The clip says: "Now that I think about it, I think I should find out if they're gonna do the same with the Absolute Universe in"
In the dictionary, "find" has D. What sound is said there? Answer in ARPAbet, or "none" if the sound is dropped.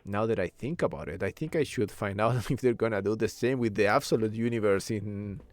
D